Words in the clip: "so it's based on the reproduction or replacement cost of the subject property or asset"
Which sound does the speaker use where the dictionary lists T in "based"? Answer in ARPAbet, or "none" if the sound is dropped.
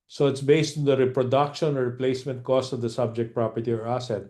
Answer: T